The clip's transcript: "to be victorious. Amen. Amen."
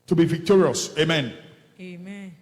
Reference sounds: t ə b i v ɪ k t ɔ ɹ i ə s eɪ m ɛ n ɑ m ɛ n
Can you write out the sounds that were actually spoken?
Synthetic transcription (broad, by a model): t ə b i v ɪ k t ɔ ɹ i ə s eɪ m m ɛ n